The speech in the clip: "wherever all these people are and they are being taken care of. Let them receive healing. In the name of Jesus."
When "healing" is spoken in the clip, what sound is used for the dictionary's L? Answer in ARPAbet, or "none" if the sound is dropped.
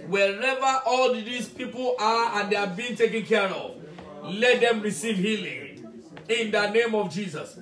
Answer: L